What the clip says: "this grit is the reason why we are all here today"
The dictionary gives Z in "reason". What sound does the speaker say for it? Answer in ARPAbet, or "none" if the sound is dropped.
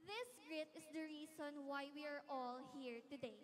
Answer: S